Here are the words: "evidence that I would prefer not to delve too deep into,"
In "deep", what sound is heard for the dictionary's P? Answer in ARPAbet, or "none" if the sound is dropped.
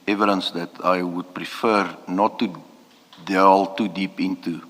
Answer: P